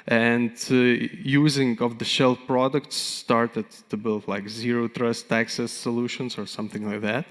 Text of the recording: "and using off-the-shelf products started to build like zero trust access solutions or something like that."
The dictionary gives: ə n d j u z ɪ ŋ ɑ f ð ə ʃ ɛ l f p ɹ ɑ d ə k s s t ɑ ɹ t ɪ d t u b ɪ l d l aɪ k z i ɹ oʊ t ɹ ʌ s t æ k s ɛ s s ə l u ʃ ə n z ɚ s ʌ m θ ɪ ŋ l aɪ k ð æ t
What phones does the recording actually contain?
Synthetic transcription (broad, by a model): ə n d j u z ɪ ŋ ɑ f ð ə ʃ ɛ l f p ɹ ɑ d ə k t s t ɑ ɹ t ɪ d t u b ɪ l d l aɪ k z i ɹ oʊ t ɹ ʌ s t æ k s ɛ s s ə l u ʃ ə n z ɚ s ʌ m θ ɪ ŋ l aɪ k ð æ t